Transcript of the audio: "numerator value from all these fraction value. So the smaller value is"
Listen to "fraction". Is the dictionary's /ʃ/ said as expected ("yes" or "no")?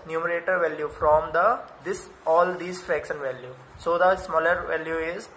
no